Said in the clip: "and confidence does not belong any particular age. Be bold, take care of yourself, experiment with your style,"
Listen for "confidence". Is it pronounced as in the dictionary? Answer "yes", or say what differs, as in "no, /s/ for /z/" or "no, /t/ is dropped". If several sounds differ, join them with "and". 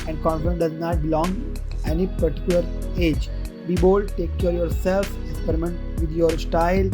no, /s/ is dropped